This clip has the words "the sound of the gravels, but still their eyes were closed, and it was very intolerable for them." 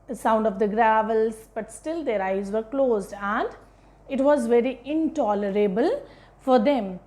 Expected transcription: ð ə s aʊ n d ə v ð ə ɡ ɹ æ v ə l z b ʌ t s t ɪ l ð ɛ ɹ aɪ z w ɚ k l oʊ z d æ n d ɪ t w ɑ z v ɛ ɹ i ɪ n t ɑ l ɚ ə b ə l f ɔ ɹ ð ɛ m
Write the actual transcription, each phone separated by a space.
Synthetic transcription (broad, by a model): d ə s aʊ n d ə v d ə ɡ ɹ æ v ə l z b ʌ t s t ɪ l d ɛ ɹ aɪ z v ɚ k l oʊ z d æ n d ɪ t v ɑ z v ɛ ɹ i ɪ n t ɑ l ɚ ə b ə l f ɔ ɹ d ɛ m